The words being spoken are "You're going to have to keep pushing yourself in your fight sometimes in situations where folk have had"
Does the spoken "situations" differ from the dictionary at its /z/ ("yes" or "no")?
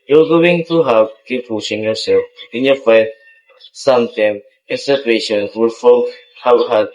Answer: yes